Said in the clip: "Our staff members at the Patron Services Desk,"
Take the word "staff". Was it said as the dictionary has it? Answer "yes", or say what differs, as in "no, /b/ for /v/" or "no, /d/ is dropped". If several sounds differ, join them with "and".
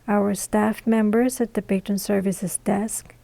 yes